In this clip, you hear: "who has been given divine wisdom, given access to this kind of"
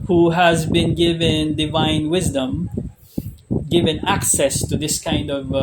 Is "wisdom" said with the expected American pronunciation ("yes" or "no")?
yes